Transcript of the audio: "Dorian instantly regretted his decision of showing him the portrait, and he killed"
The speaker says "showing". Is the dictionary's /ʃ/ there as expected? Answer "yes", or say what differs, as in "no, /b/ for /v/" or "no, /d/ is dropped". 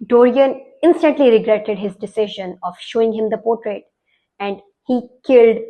yes